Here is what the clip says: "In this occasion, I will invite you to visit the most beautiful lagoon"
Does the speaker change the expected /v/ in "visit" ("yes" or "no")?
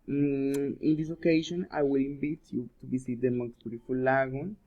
yes